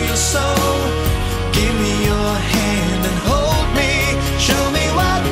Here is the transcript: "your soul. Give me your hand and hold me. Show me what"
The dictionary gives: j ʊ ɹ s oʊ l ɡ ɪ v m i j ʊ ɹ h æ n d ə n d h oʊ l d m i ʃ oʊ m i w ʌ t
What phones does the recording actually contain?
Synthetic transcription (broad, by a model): j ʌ ɹ s oʊ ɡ ɪ v m i j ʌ ɹ h æ n d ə n h oʊ l d m i ʃ oʊ m i w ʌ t